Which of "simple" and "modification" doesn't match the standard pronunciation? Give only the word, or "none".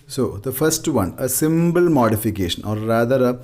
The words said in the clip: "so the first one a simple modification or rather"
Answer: simple